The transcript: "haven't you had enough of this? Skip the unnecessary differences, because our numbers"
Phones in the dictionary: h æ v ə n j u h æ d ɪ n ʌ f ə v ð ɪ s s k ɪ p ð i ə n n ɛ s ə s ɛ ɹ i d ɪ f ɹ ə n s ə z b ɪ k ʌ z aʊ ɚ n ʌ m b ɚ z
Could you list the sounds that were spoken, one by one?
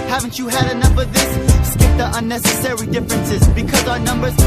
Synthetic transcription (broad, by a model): h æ v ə n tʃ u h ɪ d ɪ n ʌ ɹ ə v ð ɪ s s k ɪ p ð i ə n n ɛ s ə s ɛ ɹ i d ɪ f ɹ ə n s ə z b ɪ k ʌ z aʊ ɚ n ʌ m b ɚ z